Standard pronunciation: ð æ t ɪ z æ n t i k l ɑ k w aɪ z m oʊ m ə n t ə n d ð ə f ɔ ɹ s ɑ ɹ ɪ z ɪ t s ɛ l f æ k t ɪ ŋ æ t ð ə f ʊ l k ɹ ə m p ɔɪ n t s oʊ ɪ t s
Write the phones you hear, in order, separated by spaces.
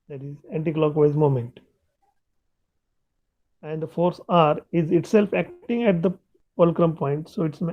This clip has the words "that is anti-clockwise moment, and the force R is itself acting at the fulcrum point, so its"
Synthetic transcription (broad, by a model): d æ t ɪ z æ n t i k l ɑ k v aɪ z m oʊ m ə n t ə n d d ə f ɔ ɹ s ɑ ɹ ɪ z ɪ t s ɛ l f æ k t ɪ ŋ æ t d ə p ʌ l k ɹ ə m p ɔɪ n t s oʊ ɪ t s